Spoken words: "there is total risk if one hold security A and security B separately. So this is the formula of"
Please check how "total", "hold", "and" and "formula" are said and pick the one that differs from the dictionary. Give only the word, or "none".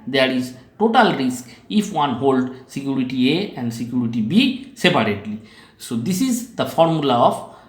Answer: none